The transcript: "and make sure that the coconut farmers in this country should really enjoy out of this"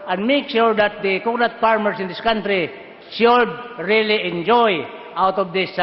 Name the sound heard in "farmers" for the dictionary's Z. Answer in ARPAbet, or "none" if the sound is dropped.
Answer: S